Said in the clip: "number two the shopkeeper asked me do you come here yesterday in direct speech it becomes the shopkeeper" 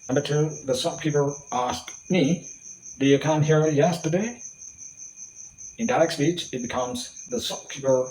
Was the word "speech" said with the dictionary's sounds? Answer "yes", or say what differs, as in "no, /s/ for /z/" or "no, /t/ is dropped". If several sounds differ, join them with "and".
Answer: yes